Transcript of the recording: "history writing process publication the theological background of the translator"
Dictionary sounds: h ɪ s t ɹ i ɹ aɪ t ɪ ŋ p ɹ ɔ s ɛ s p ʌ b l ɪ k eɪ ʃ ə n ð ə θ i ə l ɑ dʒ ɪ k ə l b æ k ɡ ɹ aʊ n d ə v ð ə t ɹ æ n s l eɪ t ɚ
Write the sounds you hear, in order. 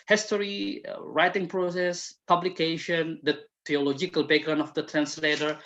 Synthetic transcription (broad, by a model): h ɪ s t ɹ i ɹ aɪ t ɪ ŋ p ɹ ɔ s ɛ s p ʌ b l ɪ k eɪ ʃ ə n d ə t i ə l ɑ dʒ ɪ k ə l b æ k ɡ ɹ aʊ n ə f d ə t ɹ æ n s l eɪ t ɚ